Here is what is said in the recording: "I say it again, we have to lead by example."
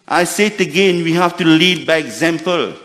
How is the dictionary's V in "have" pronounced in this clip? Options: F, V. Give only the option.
F